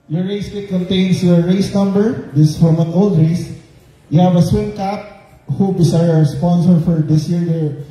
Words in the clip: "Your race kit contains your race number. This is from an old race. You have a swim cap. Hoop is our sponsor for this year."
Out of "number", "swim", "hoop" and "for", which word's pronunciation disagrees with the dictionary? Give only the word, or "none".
hoop